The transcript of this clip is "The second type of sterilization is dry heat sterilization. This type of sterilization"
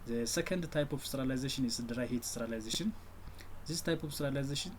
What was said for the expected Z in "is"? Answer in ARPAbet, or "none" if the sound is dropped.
S